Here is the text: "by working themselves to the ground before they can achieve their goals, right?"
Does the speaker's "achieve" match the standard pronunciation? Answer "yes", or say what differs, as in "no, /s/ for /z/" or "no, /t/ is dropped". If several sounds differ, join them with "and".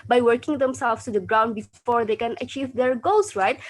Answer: yes